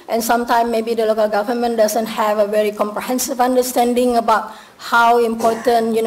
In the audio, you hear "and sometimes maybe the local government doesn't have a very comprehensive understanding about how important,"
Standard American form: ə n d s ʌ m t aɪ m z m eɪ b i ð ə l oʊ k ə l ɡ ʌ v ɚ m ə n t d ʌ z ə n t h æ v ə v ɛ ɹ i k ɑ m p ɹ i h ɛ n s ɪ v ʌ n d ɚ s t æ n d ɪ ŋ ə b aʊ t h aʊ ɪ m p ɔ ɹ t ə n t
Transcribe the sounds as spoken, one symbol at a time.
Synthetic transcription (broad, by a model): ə n s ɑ m t aɪ m m eɪ b i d ə l oʊ k ə l ɡ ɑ v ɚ m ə n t d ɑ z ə n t h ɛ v ə v ɛ ɹ i k ɑ m p ɹ i h ɛ n s ɪ v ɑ n d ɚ s t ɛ n d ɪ ŋ ə b aʊ t h aʊ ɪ m p ɔ t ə n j